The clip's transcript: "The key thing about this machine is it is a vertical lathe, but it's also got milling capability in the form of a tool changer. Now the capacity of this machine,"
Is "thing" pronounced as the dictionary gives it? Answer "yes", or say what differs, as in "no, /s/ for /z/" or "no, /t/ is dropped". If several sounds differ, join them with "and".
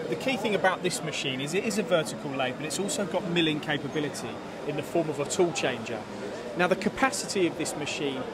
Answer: yes